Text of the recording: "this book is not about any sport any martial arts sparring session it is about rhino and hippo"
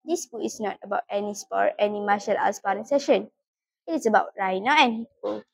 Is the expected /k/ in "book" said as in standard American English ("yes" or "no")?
no